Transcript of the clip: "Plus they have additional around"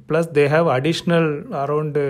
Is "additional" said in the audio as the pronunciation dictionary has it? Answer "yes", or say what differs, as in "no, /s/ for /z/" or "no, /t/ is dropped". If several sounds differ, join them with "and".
yes